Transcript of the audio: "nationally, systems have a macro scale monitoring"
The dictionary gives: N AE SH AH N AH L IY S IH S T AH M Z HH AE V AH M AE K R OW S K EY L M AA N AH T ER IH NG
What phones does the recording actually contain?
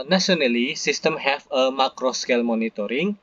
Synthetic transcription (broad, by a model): N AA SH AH N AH L IY S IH S T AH M HH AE F AH M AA K R OW S K EY L M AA N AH T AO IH NG